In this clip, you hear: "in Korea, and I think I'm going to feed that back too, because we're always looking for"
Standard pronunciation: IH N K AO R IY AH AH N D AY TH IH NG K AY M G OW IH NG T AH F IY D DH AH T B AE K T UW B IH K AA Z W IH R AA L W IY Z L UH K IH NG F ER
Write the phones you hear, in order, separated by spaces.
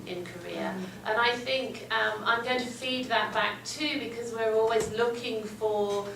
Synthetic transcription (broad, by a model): IH N K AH R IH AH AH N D AY TH IH NG K AY M G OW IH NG T AH F IY D DH AH T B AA K T UW B IH K AA Z W IH R AA L W IY Z L UH K IH NG F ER